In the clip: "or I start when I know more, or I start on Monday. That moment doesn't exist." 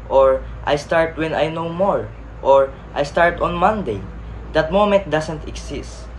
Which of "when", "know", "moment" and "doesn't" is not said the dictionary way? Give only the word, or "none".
doesn't